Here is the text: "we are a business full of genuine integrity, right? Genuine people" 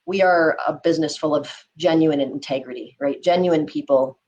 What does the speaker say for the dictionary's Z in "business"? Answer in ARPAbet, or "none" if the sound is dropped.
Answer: Z